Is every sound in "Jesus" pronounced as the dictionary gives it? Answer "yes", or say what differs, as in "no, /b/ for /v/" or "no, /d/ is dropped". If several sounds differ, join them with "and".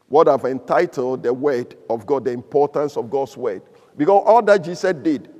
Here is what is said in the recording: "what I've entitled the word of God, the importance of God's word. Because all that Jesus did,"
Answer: no, /s/ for /z/